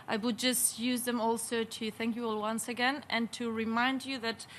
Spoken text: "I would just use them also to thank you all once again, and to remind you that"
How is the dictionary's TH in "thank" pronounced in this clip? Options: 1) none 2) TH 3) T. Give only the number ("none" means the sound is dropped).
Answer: 2